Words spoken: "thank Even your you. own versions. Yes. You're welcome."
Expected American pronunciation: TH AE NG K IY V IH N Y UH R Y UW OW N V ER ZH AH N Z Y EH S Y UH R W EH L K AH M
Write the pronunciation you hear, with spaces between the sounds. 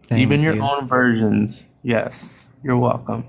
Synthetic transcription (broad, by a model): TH IY V IH N Y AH R OW N V ER ZH AH N Z Y EH S Y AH R W EH L K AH M